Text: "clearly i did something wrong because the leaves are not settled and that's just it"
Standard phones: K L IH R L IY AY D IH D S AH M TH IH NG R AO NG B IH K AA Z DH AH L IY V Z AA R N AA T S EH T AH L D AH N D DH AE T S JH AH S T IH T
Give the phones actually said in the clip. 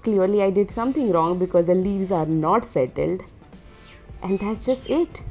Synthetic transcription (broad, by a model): K L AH R L IY AY D IH D S AH M T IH NG R AO NG B IH K AA Z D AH L IY V Z AA R N AA T S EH T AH L D AH N D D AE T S JH AH S T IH T